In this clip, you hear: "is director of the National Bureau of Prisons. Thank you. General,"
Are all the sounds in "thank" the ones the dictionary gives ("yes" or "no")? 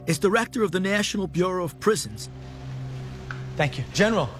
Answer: yes